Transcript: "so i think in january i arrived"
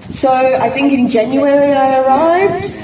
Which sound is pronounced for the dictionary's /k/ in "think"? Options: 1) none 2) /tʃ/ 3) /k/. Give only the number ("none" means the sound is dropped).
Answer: 3